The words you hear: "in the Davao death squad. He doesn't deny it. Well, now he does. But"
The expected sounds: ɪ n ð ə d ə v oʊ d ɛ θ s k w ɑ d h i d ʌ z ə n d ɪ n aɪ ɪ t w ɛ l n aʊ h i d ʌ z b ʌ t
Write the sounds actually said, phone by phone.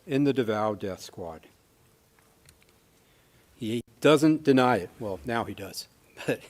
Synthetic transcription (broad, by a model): ɪ n ð ə d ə v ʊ d ɛ θ s k w ɑ d h i d ʌ z ə n d ɪ n aɪ ɪ t w ɛ l n aʊ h i d ʌ z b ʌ t